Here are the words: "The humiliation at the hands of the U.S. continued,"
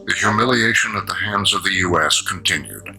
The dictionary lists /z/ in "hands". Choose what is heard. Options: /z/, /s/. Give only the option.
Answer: /z/